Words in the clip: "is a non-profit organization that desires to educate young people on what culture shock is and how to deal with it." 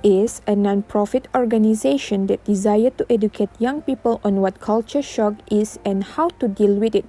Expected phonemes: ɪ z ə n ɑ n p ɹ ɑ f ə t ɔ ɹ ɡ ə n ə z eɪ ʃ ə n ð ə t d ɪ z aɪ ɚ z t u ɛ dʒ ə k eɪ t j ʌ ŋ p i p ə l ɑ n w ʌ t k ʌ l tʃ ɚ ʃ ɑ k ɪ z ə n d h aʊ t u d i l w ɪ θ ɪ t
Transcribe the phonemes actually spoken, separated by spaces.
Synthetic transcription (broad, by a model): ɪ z ə n ɑ n p ɹ ɑ f ə t ɔ ɹ ɡ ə n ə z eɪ ʃ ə n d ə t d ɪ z aɪ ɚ t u ɛ dʒ ə k eɪ t j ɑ ŋ p i p ə l ɑ n w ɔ t k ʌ l tʃ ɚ ʃ ɑ k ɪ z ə n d h aʊ t u d i l w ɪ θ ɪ t